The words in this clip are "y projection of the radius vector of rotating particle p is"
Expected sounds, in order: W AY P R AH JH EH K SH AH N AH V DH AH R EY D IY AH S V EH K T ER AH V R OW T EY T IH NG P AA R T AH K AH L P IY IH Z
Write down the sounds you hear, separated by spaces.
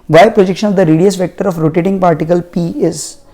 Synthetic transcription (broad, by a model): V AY P R AH JH EH K SH AH N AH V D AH R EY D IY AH S V EH K T ER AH F R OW T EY T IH NG P AA R T AH K AH L P IY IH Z